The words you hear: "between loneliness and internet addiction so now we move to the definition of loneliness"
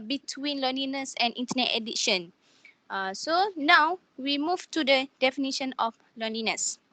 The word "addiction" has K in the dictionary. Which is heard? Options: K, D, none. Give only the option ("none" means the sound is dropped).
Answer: none